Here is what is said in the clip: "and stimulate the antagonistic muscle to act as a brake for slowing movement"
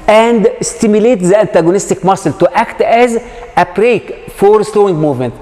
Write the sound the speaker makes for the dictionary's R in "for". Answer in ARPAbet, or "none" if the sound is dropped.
R